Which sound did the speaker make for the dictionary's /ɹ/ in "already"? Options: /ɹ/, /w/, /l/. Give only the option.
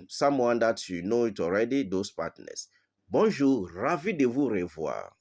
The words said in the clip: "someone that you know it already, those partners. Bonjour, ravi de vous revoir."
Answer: /ɹ/